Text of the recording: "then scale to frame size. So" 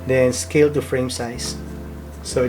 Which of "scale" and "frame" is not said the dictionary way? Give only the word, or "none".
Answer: none